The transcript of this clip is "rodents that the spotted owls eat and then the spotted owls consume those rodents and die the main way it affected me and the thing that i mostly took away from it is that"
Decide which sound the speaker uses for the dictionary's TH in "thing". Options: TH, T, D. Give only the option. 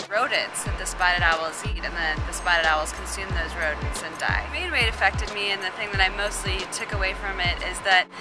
TH